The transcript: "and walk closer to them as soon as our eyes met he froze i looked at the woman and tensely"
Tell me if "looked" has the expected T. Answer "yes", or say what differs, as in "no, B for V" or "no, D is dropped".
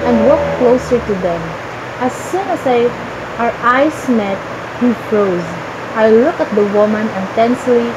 no, T is dropped